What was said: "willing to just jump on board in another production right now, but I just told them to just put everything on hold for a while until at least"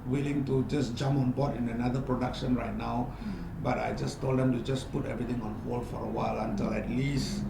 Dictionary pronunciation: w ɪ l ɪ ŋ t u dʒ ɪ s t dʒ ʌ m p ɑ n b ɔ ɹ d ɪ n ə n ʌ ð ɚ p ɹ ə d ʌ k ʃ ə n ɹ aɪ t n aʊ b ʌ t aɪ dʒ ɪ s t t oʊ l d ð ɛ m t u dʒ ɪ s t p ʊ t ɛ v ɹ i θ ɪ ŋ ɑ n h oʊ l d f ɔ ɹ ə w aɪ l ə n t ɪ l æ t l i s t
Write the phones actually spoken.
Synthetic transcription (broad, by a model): w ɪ l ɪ ŋ t u dʒ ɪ s dʒ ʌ m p ɑ n b ɔ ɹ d ɪ n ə n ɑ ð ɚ p ɹ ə d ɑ k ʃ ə n ɹ aɪ t n aʊ b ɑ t aɪ dʒ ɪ s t t oʊ l d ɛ m t u dʒ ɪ s p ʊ t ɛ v ɹ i t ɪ ŋ ɑ n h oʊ l f ɔ ɹ ə w aɪ l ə n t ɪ l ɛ t l i s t